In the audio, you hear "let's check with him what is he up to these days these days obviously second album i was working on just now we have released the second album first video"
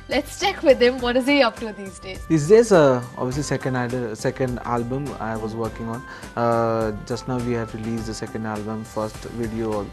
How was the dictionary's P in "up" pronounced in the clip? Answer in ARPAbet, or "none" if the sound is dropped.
P